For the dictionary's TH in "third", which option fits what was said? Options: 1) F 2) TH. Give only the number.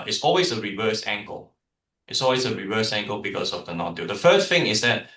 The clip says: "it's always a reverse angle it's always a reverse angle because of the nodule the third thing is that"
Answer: 1